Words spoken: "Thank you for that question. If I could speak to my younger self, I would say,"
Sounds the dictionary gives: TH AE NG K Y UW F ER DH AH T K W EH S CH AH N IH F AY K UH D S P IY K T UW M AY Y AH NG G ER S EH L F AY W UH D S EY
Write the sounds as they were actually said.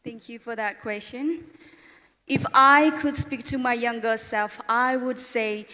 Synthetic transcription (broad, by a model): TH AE NG K Y UW F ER DH AH T K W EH S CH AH N IH F AY K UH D S P IY K T UW M AY Y AH NG G ER S EH L F AY W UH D S EY